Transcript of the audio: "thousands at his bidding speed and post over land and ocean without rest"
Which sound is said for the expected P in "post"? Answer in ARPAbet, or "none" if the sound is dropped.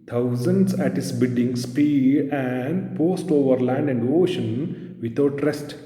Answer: P